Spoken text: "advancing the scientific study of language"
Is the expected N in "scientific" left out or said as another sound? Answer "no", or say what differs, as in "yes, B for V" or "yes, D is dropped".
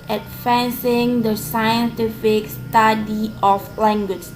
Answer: no